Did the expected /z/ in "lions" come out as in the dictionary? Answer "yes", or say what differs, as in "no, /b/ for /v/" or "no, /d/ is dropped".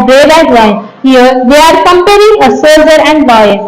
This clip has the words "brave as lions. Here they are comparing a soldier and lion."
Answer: no, /z/ is dropped